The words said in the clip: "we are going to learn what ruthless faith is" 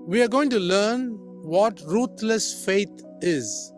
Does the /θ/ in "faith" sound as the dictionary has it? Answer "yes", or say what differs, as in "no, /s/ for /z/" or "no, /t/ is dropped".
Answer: no, /t/ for /θ/